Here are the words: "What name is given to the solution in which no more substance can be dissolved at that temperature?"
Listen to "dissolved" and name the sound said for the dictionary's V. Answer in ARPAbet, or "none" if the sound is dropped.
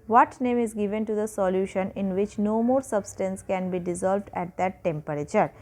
V